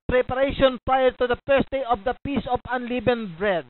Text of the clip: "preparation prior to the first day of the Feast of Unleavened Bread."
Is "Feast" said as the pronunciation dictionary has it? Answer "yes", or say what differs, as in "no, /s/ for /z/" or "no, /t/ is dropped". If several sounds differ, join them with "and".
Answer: no, /p/ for /f/ and /t/ is dropped